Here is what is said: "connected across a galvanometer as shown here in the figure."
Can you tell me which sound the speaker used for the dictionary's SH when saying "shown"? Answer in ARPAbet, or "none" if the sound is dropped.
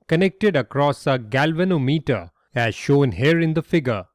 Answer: SH